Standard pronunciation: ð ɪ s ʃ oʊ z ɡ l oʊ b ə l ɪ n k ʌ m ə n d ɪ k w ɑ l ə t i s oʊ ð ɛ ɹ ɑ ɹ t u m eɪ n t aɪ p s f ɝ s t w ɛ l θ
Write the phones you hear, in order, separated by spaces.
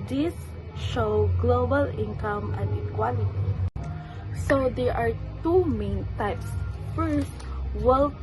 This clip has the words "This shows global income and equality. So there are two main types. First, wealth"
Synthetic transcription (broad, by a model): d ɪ s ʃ oʊ ɡ l oʊ b ə l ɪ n k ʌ m ə n d ɪ k w ɑ l ə t i s oʊ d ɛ ɹ ɑ ɹ t u m eɪ n t aɪ p s f ɝ s t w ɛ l